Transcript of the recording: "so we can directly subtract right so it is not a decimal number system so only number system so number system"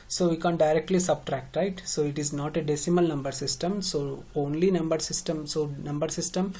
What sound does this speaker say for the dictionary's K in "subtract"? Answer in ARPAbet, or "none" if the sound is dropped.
K